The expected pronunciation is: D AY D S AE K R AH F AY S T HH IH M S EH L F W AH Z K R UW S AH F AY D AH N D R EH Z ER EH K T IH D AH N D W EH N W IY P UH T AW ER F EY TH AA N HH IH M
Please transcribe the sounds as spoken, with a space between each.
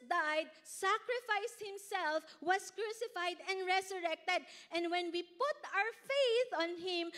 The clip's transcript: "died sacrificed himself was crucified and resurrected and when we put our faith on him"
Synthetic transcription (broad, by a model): D AY D S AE K R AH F AY S HH IH M S EH L F W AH S K R UW S AH F AY D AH N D R EH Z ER EH K T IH D AH N D W EH N W IY P UH T AW ER F EY TH AA N HH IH M